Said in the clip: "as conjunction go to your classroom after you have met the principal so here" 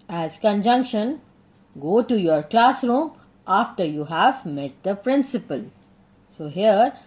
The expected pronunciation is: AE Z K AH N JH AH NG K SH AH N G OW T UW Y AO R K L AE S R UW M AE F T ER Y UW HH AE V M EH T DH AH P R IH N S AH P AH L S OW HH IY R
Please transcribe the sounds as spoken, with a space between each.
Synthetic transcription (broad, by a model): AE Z K AH N JH AH NG K SH AH N G OW T UW Y AO R K L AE S R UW M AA F T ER Y UW HH AE V M EH T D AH P R IH N S AH P AH L S OW HH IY R